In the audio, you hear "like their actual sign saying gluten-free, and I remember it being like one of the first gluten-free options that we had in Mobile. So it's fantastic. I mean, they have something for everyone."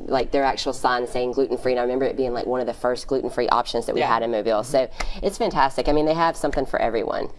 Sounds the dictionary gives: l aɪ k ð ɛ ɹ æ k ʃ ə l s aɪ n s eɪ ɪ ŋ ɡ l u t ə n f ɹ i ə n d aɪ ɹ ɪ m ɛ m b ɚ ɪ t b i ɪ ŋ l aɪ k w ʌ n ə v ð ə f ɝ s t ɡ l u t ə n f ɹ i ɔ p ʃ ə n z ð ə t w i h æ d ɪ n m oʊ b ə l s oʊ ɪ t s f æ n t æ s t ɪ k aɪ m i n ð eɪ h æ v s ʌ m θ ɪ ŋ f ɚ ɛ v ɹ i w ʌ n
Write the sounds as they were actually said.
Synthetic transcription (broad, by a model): l aɪ k ð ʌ ɹ æ k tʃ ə l s aɪ n s eɪ ɪ ŋ ɡ l u t n f ɹ i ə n aɪ ɹ ɪ m ɛ m b ɚ ɪ t b i ɪ ŋ l aɪ k w ʌ n ə v ð ə f ɝ s t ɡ l u t n f ɹ i ɔ p ʃ ə n z ð ə t w i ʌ d ɪ n m oʊ b ə l s oʊ ɪ t s f æ n t æ s t ɪ k aɪ m i n ð eɪ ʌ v s ʌ m θ ɪ ŋ f ɚ ɛ v ɹ i w ʌ n